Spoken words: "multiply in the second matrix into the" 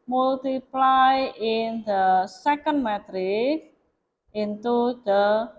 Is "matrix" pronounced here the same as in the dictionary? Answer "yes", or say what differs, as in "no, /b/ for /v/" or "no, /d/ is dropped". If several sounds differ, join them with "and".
no, /s/ is dropped